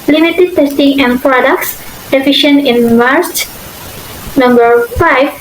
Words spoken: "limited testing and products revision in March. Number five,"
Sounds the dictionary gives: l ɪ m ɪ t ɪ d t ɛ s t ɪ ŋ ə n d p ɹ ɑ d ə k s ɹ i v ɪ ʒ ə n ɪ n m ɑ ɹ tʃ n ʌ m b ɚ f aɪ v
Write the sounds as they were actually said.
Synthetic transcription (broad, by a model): l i m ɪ t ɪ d t ɛ s t ɪ ŋ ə n p ɹ ɑ d ə k s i f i ʃ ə n ɪ n m ɑ ɹ tʃ n ʌ m b ɚ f aɪ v